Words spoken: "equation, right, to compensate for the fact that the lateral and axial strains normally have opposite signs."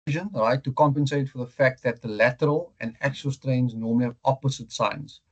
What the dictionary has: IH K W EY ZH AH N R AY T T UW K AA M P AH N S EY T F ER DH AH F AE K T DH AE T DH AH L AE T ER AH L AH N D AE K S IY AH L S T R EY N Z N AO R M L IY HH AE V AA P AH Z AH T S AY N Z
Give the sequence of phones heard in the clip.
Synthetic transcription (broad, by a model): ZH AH N R AY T T UW K AA M P AH N S EY T F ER DH AH F AE K T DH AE T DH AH L AE T ER AH L AH N D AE K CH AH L S T R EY N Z N AO M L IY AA P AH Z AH T S AY N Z